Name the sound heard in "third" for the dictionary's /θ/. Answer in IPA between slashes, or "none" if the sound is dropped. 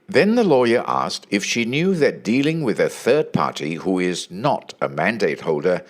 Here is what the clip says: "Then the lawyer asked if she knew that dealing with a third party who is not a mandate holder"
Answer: /θ/